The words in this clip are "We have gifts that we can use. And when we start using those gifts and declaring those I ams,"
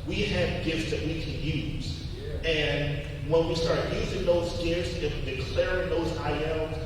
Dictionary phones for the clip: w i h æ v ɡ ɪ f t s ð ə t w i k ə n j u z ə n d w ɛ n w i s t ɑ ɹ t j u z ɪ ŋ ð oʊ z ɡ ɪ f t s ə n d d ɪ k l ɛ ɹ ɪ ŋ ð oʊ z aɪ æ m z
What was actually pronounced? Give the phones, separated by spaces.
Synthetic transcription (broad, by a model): w i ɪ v ɡ ɪ f t s ð ə t w i k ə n j u z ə n w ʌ n w i s t ɑ ɹ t j u z ɪ ŋ ð oʊ z ɡ ɪ f t s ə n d d ɪ k l ɛ ɹ ɪ ŋ ð oʊ z aɪ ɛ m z